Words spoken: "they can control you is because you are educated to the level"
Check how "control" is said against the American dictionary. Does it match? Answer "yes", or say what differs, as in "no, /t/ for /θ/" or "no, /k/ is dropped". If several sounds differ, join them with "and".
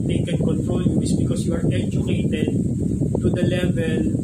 no, /n/ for /l/